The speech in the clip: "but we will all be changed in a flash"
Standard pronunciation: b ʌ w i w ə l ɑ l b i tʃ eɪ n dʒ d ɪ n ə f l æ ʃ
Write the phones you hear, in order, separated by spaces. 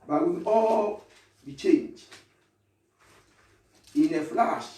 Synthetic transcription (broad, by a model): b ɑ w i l ɑ l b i tʃ eɪ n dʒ ɪ n ə f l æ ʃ